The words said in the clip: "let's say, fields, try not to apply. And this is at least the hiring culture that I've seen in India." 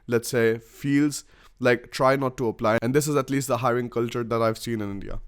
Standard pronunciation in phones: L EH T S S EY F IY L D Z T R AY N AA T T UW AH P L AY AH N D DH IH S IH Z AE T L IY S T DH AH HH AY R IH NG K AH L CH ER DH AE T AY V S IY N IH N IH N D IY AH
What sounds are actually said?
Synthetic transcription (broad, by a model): L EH T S S EY F IY L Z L T R AY N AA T T UW AH P L AY AH N D IH S IH Z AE T L IY S T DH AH HH AY R IH NG K AH L CH ER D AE T AY V S IY N IH N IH N D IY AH